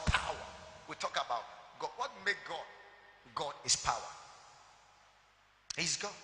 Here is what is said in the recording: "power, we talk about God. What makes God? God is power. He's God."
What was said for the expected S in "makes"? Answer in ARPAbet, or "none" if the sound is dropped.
none